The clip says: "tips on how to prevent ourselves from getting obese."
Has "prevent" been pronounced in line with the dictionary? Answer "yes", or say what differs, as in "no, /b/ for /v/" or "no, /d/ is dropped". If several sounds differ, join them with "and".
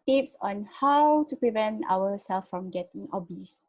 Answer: yes